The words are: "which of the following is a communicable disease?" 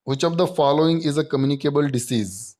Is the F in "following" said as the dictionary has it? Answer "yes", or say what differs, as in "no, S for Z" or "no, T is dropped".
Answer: yes